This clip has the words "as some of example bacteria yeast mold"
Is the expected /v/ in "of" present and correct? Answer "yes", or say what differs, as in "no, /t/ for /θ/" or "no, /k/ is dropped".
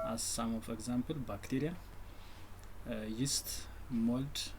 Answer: no, /f/ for /v/